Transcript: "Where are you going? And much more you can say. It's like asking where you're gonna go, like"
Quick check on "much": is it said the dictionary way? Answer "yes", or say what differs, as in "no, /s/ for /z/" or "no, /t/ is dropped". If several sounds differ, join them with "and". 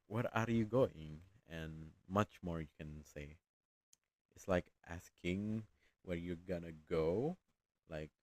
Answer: yes